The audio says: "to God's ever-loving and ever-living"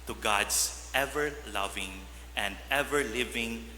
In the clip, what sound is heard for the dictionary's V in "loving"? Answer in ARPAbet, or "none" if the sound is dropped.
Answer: V